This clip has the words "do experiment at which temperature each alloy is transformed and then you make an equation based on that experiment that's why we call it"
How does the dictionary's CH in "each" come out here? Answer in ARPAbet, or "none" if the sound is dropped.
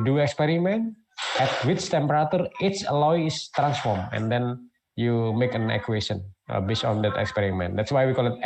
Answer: S